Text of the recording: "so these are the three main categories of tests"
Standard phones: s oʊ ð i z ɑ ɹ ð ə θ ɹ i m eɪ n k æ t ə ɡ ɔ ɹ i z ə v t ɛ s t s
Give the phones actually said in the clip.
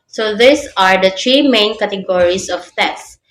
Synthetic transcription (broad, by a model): s oʊ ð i s ɑ ɹ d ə t ɹ i m eɪ n k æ t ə ɡ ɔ ɹ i s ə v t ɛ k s